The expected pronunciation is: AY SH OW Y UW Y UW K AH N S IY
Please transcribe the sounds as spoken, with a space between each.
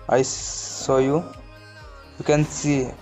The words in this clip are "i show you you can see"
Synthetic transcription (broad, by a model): AY S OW Y UW Y UW K AH N S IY